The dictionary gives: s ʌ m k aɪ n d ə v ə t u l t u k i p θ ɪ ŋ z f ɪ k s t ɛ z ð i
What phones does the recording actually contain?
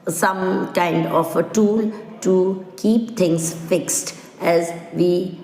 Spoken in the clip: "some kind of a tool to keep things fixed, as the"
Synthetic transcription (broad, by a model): s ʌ m k aɪ n d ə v ə t u l t u k i p t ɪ ŋ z f ɪ k s t ɛ z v i